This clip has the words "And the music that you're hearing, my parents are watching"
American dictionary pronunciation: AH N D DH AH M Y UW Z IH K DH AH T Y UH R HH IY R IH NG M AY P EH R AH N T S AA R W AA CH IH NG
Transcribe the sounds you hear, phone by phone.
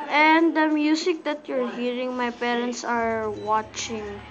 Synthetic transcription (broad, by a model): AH N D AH M Y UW S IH K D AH T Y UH R HH IY R IH NG M AY P EH R AH N T S AA R W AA CH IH NG